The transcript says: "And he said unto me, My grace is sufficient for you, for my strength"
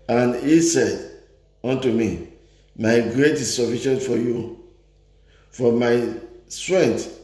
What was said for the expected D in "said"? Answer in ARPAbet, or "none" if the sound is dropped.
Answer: D